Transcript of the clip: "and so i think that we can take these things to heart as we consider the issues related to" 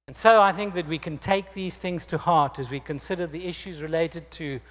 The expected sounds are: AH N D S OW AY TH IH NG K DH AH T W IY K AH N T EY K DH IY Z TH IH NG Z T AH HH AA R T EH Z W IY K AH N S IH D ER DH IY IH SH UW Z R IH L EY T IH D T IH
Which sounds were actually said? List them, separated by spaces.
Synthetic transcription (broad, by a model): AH N S OW AY TH IH NG K DH AH T W IY K AH N T EY K DH IY Z TH IH NG Z T AH HH AA R T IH Z W IY K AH N S IH D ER DH IY IH SH UW Z R IH L EY T IH D T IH